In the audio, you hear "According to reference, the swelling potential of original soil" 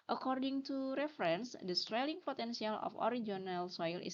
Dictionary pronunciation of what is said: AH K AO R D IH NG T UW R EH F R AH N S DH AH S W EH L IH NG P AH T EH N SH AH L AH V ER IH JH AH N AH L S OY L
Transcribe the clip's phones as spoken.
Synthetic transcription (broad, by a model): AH K AO R D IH NG T UW R EH F R AH N S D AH S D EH L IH NG P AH T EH N S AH L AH F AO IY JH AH N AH L S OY L